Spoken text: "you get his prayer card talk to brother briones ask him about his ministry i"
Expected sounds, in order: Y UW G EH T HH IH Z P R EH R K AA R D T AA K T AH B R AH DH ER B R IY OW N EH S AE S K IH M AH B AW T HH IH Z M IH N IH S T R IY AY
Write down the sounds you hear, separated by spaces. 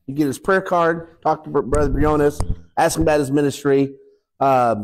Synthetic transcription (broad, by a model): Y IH G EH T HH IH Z P R EH R K AA R D T AA K T AH B R AH DH ER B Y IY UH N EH S AE S K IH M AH B AW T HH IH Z M IH N IH S T R IY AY